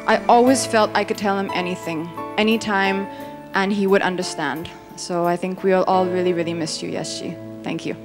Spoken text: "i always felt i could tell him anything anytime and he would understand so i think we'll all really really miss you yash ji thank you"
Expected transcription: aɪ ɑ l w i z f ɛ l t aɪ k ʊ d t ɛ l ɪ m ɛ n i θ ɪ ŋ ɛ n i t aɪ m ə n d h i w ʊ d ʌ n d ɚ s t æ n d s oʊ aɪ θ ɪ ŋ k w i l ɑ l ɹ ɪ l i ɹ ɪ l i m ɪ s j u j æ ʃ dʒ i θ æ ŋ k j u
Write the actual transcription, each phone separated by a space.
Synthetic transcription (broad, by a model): aɪ ɑ l w i z f ɛ l t aɪ k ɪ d t ɛ l ɪ m ɛ n i θ ɪ ŋ ɛ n i t aɪ m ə n i w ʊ d ʌ n d ɚ s t æ n d s oʊ aɪ θ ɪ ŋ k w i l ɑ l ɹ ɪ l i ɹ ɪ l i m ɪ s j u j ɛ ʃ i θ æ ŋ k j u